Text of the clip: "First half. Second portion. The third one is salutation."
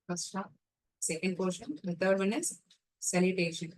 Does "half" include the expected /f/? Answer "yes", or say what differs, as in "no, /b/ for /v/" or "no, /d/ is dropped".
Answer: no, /p/ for /f/